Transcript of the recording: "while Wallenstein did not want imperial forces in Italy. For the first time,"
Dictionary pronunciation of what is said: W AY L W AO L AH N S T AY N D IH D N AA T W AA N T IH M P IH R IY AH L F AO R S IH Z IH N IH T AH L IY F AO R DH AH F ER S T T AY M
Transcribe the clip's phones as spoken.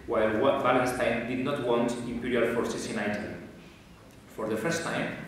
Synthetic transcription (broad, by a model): W AY L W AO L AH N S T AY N D IH D N AA T W AA N T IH M P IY R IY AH L F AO R S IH S IH N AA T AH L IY F AO R DH AH F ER S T T AY M